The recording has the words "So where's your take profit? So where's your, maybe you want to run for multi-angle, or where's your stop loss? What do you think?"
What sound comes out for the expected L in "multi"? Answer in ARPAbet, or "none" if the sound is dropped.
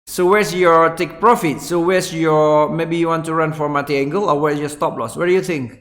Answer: none